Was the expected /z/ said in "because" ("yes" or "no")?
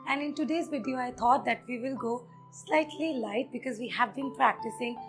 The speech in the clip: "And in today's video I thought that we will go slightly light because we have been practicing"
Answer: yes